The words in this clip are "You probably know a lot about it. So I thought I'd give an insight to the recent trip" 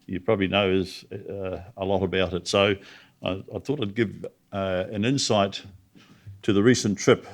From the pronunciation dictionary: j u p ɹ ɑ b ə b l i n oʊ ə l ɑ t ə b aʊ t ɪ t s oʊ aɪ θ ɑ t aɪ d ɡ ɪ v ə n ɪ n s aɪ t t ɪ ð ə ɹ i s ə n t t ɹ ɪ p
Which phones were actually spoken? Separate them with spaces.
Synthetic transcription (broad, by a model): j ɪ p ɹ ɑ b ə b l i n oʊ ə l ɑ t ə b aʊ t ɪ t s oʊ aɪ θ ɑ t aɪ d ɡ ɪ v ə n ɪ n s aɪ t t ɪ ð ə ɹ i s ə n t t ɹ ɪ p